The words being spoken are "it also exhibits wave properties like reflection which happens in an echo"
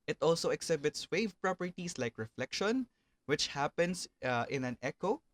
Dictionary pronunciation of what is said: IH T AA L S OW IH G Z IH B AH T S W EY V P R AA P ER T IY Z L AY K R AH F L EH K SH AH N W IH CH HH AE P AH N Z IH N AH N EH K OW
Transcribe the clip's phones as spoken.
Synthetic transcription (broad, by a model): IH T AA L S OW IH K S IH B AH T S W EY V P R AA P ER T IY S L AY K R AH F L EH K SH AH N W IH CH HH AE P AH N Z IH N AH N EH K OW